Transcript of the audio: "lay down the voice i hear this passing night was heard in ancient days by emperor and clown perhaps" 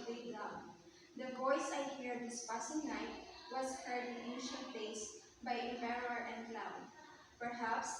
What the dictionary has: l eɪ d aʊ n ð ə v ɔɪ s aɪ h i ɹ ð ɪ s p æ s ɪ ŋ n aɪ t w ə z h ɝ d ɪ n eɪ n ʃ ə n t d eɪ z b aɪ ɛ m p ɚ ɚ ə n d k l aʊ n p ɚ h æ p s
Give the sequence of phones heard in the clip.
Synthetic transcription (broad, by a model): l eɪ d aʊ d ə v ɔɪ s aɪ h i ɹ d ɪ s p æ s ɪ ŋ n aɪ t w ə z h ɝ d ɪ n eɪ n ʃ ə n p eɪ s b aɪ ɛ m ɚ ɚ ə n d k l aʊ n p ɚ h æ p s